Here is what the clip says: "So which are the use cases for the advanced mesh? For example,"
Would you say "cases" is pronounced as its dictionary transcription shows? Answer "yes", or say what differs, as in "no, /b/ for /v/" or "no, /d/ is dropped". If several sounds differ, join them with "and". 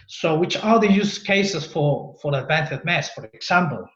no, /s/ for /z/